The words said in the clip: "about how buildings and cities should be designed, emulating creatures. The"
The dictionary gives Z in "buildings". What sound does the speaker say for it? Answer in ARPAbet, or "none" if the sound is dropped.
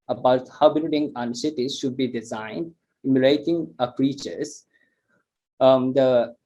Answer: none